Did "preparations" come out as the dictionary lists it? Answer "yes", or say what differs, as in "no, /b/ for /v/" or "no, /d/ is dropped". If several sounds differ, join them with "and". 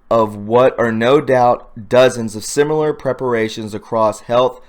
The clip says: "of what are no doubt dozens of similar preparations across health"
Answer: yes